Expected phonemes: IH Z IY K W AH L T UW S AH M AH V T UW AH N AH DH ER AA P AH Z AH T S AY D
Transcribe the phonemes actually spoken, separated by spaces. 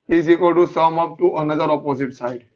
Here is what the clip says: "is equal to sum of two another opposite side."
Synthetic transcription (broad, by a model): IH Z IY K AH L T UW S AH M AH P T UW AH N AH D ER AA P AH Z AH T S AY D